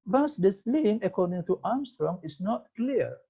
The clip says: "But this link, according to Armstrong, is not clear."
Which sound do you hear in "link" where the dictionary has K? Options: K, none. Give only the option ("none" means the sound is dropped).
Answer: none